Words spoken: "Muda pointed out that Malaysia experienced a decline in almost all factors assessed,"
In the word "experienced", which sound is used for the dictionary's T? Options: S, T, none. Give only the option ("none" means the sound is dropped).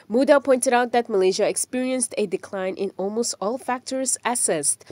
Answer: T